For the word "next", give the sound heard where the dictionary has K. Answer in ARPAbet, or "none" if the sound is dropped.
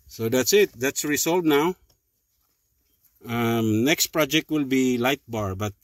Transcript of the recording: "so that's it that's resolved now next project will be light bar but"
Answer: K